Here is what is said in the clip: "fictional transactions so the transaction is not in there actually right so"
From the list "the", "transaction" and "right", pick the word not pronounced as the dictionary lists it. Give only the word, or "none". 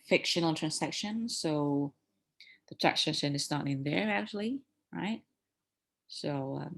transaction